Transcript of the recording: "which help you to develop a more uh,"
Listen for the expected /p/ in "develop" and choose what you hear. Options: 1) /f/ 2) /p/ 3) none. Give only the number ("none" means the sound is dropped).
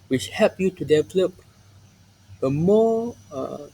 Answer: 2